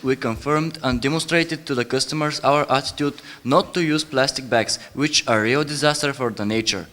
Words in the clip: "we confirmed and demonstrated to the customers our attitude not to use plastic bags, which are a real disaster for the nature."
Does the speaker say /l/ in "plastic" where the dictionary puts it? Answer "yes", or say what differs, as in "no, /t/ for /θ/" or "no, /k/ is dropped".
yes